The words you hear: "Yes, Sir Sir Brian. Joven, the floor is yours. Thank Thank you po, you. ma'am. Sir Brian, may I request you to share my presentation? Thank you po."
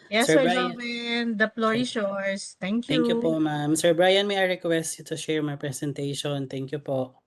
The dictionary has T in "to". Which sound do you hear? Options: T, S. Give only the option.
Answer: T